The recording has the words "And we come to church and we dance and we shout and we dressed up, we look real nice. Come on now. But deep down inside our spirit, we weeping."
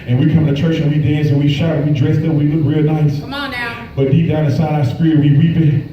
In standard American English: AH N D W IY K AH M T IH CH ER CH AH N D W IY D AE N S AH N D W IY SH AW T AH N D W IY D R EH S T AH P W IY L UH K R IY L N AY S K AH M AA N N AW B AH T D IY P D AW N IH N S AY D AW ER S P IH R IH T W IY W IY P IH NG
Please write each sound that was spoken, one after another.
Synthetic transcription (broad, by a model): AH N W IY K AH M T IH CH ER CH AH N W IY D AE N S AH N W IY SH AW AH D W IY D R EH S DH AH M W IY L UH K R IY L N AY S B AH T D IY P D AW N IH S AY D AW S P R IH W IY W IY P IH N